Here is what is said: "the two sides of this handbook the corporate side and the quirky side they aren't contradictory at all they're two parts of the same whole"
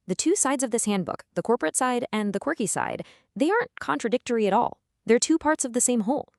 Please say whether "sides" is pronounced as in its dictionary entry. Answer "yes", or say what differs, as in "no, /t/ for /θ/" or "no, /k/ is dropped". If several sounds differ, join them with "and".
yes